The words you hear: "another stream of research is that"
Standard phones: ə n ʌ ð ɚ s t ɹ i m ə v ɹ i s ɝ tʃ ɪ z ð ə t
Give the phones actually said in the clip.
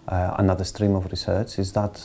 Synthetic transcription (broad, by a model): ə n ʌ ð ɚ s t ɹ i m ə v ɹ i s ɝ tʃ ɪ z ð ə t